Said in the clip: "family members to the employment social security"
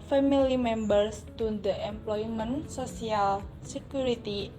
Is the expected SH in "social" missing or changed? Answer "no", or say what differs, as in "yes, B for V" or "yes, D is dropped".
yes, S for SH